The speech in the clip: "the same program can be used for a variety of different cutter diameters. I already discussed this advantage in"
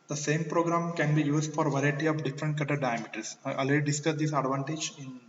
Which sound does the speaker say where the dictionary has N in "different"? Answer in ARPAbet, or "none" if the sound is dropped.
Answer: N